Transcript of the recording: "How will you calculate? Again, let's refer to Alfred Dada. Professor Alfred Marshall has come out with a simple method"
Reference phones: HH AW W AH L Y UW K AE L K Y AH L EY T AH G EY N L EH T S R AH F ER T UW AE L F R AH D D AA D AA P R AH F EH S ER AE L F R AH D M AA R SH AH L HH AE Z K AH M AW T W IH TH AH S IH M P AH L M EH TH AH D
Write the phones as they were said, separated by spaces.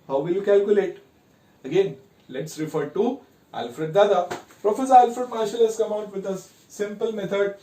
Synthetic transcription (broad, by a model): HH AW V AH L Y UW K AE L K Y AH L EY T AH G EY N L EH T S R AH F ER T UW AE L F R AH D D AA D AA P R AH F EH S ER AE L F R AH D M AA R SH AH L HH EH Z K AH M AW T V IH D AH S IH M P AH L M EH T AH D